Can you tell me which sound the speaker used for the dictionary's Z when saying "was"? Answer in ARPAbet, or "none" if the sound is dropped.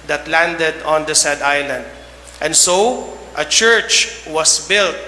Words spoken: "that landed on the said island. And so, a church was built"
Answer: S